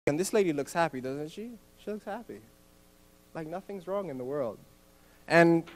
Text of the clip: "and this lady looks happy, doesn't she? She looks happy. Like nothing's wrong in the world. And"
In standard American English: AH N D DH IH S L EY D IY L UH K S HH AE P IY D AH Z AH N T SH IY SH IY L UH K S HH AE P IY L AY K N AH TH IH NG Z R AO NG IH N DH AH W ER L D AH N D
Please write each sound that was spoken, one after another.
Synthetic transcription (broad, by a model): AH N DH IH S L EY D IY L UH K S HH AE P IY D AH Z AH N T SH IY SH IY L UH K S HH AE P IY L AY K N AH TH IH NG Z R AO NG IH N DH AH W ER L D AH N